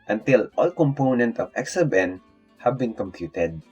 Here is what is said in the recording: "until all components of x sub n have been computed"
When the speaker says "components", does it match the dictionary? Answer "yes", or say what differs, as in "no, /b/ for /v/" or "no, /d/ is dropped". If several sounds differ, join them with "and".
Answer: no, /s/ is dropped